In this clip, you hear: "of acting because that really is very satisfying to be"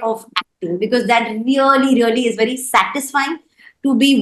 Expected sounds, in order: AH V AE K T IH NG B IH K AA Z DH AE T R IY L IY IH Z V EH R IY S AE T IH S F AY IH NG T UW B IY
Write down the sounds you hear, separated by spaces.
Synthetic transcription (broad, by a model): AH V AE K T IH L B IH K AA Z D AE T R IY L IY IH Z V EH R IY S AE T IH S F AY IH NG T UW B IY